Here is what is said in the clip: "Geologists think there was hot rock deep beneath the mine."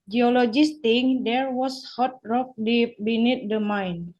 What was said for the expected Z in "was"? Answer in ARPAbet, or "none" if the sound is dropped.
S